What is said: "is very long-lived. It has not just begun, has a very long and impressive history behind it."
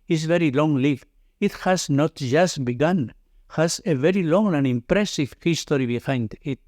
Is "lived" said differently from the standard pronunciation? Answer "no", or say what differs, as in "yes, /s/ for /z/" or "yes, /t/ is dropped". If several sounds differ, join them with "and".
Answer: yes, /d/ is dropped